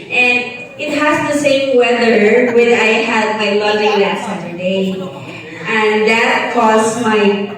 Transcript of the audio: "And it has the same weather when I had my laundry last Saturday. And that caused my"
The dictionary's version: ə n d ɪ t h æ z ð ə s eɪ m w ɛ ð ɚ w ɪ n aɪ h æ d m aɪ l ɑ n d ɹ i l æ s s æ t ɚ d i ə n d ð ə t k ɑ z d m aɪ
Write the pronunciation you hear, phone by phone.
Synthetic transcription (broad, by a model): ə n ɪ t h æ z ð ə s eɪ m w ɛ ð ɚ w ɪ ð aɪ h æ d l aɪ l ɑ d i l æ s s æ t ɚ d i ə n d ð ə t k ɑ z m aɪ